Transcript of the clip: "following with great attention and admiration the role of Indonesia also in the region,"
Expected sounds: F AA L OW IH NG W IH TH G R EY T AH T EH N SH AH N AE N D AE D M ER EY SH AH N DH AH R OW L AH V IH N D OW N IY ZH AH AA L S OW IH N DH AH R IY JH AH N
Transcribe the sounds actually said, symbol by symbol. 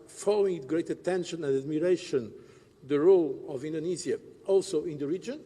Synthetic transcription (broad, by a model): F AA L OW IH NG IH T G R EY T AH T EH N SH AH N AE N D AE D M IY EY SH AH N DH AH R OW L AH V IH N D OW N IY Z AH AA L S OW IH N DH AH R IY JH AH N